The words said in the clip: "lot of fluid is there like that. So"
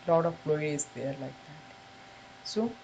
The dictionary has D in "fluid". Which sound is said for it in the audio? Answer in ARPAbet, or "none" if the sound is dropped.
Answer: none